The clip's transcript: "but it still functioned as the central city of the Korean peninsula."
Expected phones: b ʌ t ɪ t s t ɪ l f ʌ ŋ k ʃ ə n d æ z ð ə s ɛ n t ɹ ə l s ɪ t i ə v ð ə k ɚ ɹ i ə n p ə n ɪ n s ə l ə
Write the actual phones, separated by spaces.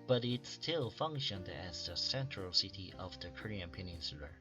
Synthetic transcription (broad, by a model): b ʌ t ɪ t s t ɪ l f ʌ ŋ k ʃ ə n d æ z ð ə s ɛ n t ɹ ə l s ɪ t i ə v ð ə k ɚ ɹ i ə n p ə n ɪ n s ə l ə